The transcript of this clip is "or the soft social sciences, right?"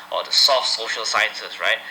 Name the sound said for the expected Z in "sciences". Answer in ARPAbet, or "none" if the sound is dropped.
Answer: S